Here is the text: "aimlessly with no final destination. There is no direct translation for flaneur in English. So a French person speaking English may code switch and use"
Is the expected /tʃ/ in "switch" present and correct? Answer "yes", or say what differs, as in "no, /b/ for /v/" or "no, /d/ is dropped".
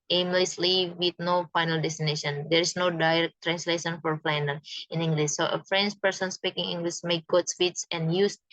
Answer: no, /s/ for /tʃ/